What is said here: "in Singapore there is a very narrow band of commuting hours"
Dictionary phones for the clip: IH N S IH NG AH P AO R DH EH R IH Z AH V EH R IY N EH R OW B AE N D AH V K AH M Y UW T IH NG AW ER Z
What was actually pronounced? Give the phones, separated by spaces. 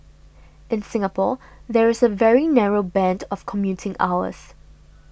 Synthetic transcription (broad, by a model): IH N S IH NG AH P AO DH EH R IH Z AH V EH R IY N EH R OW B AE N D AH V K AH M Y UW T IH NG AW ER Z